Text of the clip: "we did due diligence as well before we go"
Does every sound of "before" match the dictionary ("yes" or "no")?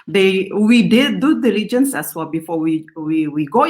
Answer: no